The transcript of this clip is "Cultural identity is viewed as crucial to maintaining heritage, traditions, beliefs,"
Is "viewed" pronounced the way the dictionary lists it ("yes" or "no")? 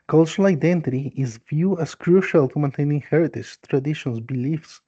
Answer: no